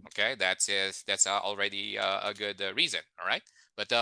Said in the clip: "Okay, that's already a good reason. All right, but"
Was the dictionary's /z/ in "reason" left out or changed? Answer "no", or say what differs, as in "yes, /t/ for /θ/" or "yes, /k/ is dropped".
no